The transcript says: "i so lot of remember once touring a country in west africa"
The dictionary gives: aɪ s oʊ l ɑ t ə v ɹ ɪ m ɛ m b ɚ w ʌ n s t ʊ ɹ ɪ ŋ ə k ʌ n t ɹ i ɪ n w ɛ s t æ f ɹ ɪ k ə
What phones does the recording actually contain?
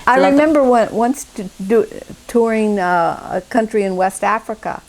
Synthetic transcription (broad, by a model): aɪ ɑ ə ɹ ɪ m ɛ m b ɚ w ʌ n s t ʊ ɹ ɪ ŋ ə k ʌ n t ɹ i ɪ n w ɛ s t æ f ɹ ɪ k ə